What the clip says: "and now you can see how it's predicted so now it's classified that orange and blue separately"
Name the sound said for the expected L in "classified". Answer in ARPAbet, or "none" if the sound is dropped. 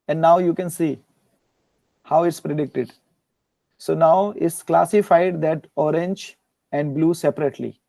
L